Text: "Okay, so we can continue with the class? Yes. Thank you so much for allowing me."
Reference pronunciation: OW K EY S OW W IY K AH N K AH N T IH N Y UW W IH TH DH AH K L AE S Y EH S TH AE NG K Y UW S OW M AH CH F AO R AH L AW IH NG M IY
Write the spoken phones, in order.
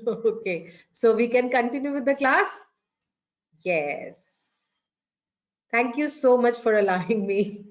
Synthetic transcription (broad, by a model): OW K EY S OW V IY K AH N K AH N T IH N Y UW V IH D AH K L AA S Y EH S T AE NG K Y UW S OW M AH CH F AO R AH L AW IH NG M IY